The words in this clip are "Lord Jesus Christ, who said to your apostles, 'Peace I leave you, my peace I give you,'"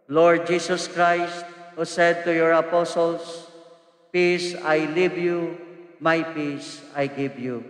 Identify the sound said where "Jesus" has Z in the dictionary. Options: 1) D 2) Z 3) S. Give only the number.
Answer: 3